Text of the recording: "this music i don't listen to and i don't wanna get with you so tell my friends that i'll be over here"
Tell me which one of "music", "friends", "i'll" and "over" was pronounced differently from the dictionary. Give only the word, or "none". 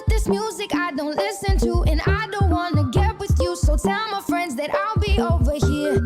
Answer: none